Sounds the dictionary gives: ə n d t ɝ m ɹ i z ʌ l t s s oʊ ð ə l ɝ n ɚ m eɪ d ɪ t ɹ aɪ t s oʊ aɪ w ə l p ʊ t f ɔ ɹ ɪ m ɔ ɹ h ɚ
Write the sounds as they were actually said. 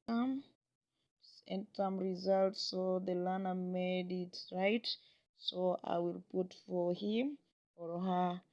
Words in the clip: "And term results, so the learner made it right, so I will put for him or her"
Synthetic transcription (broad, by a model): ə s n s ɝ m ɹ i z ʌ l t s s oʊ ð ə l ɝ n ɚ m eɪ d ɪ t ɹ aɪ t s oʊ aɪ w ə l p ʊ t f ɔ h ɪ m ɔ ɹ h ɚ